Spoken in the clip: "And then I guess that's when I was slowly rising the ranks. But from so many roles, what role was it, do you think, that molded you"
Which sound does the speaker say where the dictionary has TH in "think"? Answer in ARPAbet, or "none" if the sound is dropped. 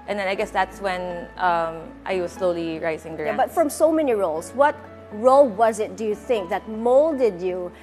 TH